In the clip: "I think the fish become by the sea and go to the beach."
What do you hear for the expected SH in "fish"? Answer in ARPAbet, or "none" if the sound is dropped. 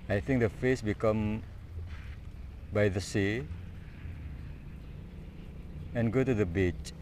S